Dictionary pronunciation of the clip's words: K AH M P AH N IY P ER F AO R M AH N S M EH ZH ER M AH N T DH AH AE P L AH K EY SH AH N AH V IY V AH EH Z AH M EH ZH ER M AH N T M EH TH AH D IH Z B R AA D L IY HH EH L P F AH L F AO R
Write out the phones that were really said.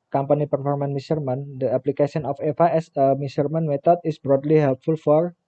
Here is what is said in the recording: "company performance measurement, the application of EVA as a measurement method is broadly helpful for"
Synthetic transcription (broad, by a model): K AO M P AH N IY P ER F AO R M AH N M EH S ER M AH N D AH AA P L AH K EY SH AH N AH F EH F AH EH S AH M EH S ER M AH N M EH T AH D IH S B R AA D L IY HH EH L P F AH L F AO R